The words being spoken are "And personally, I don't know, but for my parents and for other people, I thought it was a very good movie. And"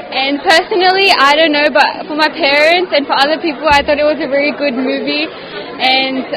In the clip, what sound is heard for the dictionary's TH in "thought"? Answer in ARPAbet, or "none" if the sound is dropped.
TH